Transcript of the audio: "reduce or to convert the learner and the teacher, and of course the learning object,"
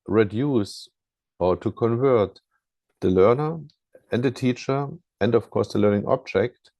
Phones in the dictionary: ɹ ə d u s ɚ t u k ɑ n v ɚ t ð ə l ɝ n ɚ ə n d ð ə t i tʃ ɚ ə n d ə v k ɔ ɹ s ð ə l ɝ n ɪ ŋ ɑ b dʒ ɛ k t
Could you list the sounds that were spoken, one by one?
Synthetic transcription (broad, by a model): ɹ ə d u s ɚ t u k ɑ n v ɚ t ð ə l ɝ n ɚ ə n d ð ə t i tʃ ɚ ə n d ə f k ɔ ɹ s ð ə l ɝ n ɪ ŋ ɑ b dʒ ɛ k t